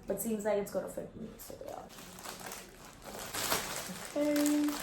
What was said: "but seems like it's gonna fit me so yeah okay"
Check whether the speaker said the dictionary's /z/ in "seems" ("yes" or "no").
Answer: yes